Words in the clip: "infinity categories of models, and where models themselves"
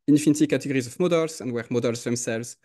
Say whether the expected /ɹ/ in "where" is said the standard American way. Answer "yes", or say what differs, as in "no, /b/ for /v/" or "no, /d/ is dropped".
yes